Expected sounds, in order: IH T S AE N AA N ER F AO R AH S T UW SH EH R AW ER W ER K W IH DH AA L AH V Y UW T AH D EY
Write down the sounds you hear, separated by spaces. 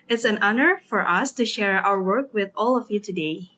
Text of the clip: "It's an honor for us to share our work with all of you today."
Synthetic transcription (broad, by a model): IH T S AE N AA N ER F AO R AH S T UW SH EH R AW ER W ER K W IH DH AA L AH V Y UW T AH D EY